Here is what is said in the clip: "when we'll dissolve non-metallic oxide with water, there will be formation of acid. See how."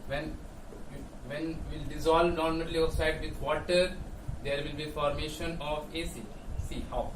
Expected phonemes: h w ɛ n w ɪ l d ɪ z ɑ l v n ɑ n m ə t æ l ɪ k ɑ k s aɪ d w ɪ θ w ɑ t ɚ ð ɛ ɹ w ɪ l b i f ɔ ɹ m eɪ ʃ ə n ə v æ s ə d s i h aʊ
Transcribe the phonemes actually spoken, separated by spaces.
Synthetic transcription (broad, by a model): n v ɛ n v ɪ l d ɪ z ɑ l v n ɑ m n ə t l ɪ ɑ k s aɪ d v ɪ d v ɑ t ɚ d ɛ ɹ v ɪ l b i f ɔ ɹ m eɪ ʃ ə n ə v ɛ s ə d s i h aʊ